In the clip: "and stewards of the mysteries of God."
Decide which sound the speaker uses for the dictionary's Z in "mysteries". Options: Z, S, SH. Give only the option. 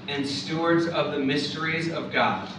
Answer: Z